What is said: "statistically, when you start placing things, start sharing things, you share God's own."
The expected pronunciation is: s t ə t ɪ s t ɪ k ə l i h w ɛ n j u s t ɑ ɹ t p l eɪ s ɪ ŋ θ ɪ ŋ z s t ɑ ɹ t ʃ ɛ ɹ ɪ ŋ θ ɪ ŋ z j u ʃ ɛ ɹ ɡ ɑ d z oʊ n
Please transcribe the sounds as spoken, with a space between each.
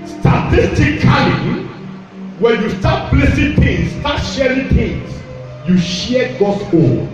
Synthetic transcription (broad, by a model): s t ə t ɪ s t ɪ k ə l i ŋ w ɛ n j u s t ɑ t b l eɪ s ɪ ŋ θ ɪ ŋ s t ɑ t ʃ ɛ ɹ ɪ ŋ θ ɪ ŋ s j u ʃ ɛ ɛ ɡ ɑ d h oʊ